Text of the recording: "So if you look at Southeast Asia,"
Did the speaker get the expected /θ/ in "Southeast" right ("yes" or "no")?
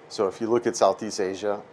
yes